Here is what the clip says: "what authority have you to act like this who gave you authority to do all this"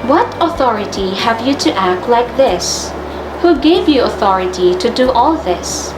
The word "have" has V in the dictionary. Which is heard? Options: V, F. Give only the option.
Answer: V